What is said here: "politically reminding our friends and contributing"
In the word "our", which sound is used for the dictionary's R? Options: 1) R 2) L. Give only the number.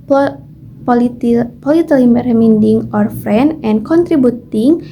1